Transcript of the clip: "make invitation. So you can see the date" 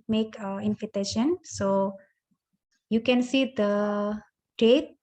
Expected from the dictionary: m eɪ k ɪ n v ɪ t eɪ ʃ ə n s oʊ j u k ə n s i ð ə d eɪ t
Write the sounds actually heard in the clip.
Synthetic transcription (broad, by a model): m eɪ k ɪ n f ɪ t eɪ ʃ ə n s oʊ j u k ə n s i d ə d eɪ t